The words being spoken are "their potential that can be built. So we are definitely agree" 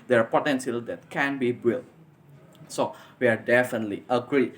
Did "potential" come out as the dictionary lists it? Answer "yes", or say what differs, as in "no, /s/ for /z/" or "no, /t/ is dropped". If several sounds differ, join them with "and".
no, /s/ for /ʃ/